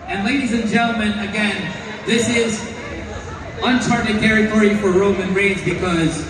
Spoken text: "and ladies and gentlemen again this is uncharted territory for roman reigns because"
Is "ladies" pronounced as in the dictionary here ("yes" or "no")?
yes